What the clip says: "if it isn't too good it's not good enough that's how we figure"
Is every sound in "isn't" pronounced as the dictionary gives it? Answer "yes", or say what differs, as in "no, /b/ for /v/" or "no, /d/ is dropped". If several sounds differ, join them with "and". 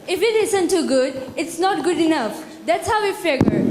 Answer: no, /s/ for /z/